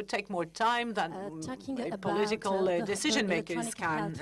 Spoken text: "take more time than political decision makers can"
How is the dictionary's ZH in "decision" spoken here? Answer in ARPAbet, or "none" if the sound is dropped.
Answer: ZH